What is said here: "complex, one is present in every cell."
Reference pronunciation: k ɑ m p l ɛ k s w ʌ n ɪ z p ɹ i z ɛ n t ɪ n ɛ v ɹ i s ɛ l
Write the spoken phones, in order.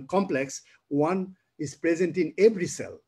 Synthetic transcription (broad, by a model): k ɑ m p l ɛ k s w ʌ n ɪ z p ɹ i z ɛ n t ɪ n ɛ b ɹ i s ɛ l